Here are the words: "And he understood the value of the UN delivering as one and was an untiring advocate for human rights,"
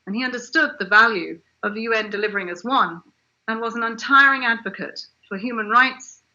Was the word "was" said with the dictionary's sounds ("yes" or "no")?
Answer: yes